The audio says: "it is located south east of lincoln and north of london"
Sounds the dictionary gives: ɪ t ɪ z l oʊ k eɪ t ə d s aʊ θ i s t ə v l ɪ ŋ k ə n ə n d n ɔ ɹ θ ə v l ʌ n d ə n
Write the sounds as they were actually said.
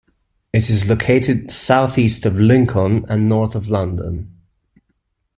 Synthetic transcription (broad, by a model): ɪ t ɪ z l oʊ k eɪ t ə d s aʊ θ i s t ə v l ɪ ŋ k ə n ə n n ɔ ɹ θ ə v l ʌ n d ə n